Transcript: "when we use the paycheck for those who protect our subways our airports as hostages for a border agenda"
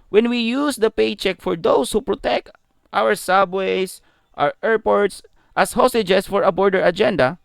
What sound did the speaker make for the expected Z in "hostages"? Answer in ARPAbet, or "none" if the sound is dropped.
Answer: S